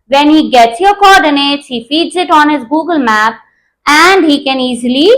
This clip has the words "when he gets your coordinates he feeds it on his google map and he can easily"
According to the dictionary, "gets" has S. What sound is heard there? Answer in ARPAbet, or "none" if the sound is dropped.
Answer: S